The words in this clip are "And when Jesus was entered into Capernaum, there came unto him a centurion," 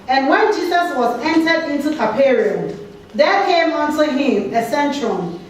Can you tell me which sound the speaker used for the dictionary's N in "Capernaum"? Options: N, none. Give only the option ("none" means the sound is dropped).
none